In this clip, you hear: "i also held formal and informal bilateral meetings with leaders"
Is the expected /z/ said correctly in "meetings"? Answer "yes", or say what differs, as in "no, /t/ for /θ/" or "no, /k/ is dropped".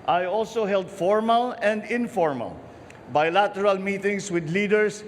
no, /s/ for /z/